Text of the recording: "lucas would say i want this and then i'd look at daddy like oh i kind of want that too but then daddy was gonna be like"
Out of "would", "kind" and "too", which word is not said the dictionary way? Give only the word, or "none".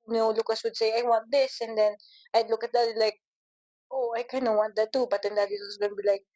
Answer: kind